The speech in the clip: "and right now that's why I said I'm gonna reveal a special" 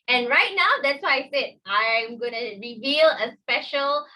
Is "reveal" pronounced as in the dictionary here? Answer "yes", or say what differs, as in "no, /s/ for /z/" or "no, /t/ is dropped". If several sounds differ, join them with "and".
yes